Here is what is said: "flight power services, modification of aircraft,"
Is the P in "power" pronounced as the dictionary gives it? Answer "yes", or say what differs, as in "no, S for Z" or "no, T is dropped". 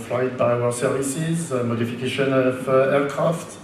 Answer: no, B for P